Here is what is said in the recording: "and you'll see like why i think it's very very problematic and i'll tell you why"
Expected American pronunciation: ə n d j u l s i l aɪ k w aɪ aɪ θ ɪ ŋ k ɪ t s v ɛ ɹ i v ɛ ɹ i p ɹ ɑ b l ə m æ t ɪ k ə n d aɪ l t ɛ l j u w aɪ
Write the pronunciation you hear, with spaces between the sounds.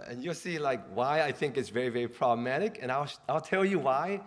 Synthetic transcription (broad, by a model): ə n j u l s i l aɪ k w aɪ aɪ θ ɪ ŋ k ɪ t s v ɛ ɹ i v ɛ ɹ i p ɹ ɑ b l ə m æ t ɪ k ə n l aɪ l t ɛ l j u w aɪ